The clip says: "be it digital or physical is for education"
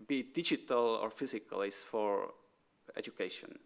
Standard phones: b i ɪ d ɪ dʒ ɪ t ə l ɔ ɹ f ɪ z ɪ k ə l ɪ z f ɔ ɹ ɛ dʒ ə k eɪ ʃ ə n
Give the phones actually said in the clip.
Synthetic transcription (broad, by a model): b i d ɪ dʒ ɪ t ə l ɔ ɹ f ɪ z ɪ k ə l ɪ s f ɔ ɹ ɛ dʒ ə k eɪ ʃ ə n